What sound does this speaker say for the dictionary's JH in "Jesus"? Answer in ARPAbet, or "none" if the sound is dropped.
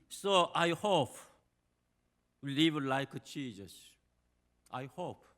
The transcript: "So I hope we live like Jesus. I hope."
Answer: CH